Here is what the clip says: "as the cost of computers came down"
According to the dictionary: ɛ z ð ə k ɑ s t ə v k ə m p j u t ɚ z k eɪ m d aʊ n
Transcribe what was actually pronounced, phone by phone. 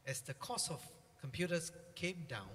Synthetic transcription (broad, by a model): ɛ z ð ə k ɑ s ə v k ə m p j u t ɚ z k eɪ m d aʊ n